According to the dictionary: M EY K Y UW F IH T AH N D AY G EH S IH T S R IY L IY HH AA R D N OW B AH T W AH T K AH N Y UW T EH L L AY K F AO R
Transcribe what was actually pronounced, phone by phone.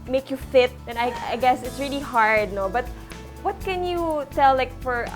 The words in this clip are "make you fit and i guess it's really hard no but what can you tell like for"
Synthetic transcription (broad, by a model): M EY K Y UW F IH T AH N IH AY G EH S IH T S R IY L IY HH AA R D N OW B AH T W AH T K AH N Y UW T EH L L AY K F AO R